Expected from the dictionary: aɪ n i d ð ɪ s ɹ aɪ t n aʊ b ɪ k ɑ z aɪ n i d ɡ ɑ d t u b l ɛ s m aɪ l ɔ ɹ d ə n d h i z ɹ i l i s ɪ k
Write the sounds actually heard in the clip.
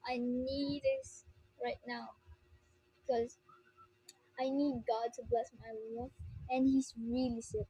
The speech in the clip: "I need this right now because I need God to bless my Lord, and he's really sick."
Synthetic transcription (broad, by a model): aɪ n i d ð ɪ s ɹ aɪ t n aʊ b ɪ k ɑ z aɪ n i d ɡ ɑ d t u b l ɛ s m aɪ w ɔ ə n h i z ɹ i l i s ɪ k